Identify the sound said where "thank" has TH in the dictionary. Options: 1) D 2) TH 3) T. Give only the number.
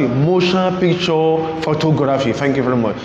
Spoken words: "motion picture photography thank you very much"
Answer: 3